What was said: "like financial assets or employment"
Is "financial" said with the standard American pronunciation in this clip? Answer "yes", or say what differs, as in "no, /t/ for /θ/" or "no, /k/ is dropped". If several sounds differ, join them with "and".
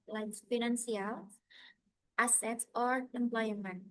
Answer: no, /s/ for /ʃ/